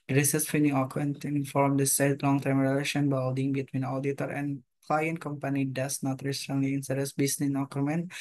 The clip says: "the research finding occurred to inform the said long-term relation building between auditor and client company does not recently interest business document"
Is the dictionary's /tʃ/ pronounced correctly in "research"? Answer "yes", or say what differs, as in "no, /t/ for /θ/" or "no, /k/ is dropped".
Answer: no, /s/ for /tʃ/